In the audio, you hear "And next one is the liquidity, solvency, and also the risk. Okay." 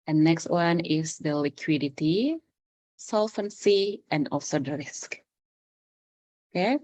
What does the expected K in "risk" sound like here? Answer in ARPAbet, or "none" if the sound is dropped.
K